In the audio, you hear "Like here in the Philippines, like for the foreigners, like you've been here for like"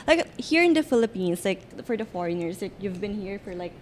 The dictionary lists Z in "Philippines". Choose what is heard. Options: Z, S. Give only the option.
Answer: S